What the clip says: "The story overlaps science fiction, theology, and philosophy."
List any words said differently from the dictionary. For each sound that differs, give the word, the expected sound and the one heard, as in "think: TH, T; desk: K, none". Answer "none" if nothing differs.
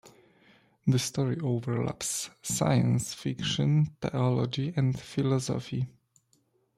theology: TH, T